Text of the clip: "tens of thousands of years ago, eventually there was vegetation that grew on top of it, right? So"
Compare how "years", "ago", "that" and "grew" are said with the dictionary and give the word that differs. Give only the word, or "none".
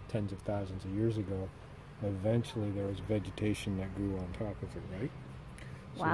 none